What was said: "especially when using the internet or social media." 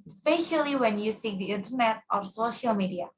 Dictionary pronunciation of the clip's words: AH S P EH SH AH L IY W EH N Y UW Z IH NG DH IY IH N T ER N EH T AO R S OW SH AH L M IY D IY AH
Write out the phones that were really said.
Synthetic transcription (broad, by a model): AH S P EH SH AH L IY W EH N Y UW S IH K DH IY IH N T ER N EH T AO R S OW SH AH L M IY D IY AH